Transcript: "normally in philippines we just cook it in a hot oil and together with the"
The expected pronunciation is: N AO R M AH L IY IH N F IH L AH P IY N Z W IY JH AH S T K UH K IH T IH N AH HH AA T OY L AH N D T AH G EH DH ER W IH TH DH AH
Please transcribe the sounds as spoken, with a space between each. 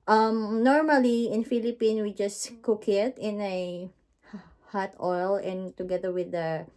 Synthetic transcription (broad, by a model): N AO R M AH L IY IH N F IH L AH P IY N W IY JH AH S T K UH K IH T IH N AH HH AA T OY L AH N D T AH G EH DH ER W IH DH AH